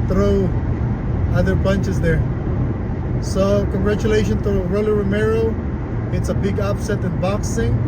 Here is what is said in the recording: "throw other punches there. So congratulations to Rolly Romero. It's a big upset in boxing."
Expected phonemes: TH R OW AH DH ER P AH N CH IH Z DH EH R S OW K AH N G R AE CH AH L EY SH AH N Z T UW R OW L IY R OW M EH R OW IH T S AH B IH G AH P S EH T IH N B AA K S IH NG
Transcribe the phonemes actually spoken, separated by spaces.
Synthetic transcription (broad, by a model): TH R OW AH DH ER B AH N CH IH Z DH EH R S OW K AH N G R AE CH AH L EY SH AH N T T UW R OW L IY R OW M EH R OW IH T S AH B IH G AH P S EH T IH N B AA K S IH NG